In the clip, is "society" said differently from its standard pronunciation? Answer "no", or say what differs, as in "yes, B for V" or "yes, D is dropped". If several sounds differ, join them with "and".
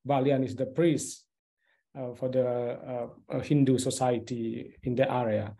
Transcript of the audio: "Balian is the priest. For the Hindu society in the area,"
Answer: no